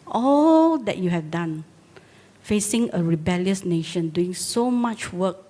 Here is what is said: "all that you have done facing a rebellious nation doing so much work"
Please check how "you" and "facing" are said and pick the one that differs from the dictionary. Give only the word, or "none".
none